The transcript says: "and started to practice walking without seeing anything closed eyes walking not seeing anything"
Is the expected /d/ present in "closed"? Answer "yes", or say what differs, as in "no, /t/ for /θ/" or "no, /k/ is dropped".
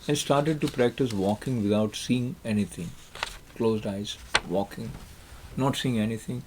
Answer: yes